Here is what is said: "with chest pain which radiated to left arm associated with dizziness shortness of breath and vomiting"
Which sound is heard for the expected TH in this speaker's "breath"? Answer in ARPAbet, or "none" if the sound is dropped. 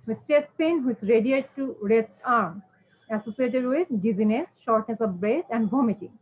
S